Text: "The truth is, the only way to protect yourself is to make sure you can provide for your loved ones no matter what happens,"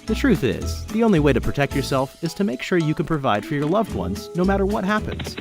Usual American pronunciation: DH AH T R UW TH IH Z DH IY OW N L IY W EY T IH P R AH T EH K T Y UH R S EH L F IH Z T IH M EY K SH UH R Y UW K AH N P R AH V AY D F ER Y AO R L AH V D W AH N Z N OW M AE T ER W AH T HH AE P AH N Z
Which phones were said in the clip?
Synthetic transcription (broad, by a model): DH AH T R UW TH IH Z DH IY OW N L IY W EY T IH P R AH T EH K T Y UH R S EH L F IH Z T IH M EY K SH UH R Y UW K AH N P R AH V AY D F ER Y AO R L AH V D W AH N Z N OW M AE T ER W AH T HH AE P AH N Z